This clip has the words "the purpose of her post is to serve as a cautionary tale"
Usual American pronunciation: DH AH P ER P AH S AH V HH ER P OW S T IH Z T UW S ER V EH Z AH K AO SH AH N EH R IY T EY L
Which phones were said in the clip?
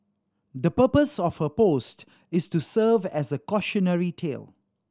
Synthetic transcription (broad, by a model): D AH P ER P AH S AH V HH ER P OW S T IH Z T UW S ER V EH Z AH K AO SH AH N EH R IY T EY L